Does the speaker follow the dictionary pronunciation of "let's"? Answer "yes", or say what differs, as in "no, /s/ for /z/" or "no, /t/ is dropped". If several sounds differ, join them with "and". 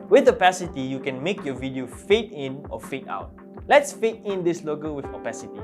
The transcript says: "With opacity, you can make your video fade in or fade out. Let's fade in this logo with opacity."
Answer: yes